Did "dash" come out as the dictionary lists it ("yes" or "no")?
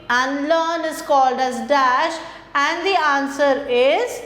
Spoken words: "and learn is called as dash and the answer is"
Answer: yes